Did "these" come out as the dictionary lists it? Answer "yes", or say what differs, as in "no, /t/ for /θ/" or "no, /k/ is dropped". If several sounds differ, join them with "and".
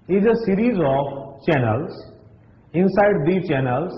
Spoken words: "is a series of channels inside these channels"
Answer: no, /z/ is dropped